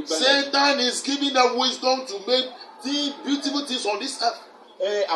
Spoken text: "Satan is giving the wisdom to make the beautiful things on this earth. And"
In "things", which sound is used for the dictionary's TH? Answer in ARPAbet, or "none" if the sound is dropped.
T